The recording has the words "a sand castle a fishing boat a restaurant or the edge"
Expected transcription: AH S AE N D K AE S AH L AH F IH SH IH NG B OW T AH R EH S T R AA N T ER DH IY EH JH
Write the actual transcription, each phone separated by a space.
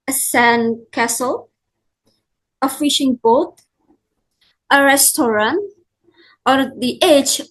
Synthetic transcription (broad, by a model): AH S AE N K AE S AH L AH F IH SH IH NG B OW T AH R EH S T R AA N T ER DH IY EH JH